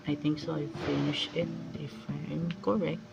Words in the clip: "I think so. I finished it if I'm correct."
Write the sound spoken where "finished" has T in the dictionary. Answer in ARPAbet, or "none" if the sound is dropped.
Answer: none